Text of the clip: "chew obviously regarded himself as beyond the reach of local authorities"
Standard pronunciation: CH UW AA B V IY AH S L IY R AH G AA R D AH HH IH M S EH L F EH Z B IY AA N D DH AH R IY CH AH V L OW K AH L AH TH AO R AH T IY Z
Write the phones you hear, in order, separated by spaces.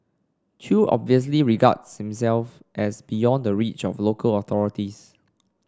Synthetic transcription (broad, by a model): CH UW AA B V IY AH S L IY R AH G AA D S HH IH M S EH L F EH S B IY AA N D AH R IY CH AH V L OW K AH L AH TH AO R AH T IY S